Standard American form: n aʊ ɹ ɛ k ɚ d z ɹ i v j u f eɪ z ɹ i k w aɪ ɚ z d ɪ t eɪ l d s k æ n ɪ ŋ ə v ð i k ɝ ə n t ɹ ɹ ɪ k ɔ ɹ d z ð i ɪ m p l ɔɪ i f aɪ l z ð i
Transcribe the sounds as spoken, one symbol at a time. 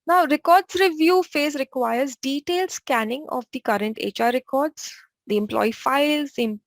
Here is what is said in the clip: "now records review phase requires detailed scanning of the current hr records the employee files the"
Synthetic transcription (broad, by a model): n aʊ ɹ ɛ k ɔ d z ɹ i v j u f eɪ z ɹ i k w aɪ ɚ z d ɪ t eɪ l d s k æ n ɪ ŋ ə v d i k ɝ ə n t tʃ ɹ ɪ k ɔ ɹ d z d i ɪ m p l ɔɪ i f aɪ l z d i